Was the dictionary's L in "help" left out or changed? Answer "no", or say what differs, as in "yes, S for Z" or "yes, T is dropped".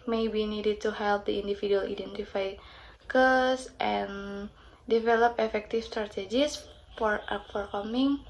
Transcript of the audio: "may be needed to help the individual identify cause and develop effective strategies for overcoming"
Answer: no